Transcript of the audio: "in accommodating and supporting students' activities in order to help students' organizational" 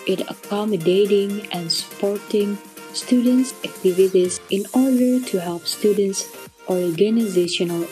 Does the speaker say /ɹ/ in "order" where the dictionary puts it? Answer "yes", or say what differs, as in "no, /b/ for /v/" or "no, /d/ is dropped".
yes